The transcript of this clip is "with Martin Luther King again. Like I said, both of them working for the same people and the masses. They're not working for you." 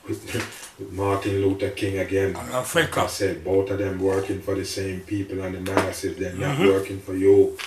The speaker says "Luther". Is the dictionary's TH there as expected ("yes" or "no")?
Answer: no